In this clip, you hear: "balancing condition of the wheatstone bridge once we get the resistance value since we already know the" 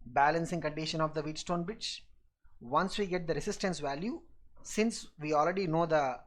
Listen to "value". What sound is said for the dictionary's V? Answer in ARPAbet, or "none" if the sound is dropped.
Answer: V